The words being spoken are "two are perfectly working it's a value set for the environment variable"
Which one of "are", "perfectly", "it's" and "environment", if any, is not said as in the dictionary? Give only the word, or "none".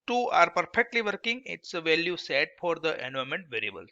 environment